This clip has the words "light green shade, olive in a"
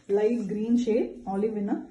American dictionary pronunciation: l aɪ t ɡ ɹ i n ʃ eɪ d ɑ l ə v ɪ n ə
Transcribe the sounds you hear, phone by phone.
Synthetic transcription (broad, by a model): l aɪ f ɡ ɹ i n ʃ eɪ ɑ l ə v ɪ n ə